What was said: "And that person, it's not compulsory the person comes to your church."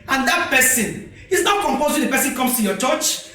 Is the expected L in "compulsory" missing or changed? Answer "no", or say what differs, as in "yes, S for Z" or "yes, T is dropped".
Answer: yes, L is dropped